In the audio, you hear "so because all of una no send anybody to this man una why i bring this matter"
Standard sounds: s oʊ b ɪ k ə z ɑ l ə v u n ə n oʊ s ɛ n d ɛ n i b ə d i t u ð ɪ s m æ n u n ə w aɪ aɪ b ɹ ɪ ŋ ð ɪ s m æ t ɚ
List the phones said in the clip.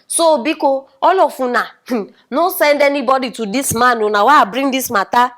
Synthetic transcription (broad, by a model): s oʊ b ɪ k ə ɑ l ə f u n ə n oʊ s ɛ n d ɛ n i b ə d i t u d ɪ s m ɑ n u n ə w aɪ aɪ b ɹ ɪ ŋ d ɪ s m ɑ t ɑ